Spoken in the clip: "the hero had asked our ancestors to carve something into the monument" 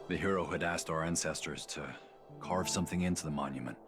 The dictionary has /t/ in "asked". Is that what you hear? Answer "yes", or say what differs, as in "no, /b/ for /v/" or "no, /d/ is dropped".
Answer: yes